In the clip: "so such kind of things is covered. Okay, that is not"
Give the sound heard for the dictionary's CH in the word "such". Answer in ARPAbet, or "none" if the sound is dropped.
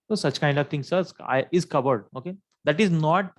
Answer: CH